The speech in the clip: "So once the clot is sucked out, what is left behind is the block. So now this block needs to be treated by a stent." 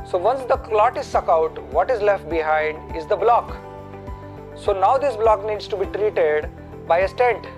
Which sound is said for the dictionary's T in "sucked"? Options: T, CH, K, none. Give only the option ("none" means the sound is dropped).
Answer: none